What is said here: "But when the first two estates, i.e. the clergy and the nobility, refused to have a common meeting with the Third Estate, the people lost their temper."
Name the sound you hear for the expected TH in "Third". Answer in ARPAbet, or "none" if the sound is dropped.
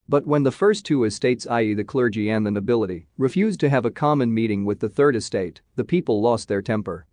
TH